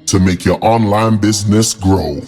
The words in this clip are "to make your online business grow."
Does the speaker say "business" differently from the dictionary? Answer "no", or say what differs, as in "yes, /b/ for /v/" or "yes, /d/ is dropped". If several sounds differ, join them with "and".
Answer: no